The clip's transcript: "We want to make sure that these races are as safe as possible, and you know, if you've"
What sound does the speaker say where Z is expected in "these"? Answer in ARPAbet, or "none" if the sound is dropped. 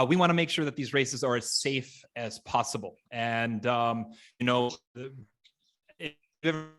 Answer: Z